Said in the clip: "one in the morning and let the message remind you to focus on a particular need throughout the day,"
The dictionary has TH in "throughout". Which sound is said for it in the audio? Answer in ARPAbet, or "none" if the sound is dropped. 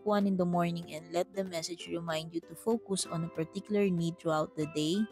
T